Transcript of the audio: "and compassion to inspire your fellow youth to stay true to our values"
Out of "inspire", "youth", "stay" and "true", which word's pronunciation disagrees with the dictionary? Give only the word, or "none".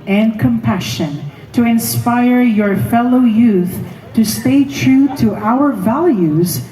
none